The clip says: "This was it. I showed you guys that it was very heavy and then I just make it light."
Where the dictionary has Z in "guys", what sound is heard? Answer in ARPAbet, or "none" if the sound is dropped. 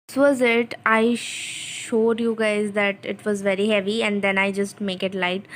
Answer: Z